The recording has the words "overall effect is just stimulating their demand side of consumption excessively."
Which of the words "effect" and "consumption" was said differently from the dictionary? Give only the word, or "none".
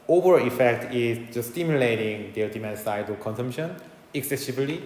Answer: none